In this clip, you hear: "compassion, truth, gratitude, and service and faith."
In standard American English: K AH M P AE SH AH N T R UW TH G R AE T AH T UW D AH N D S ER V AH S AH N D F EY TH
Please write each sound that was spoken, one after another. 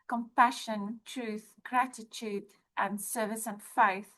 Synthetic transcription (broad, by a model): K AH M P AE SH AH N T R UW TH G R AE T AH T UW D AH N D S ER V AH S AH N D F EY TH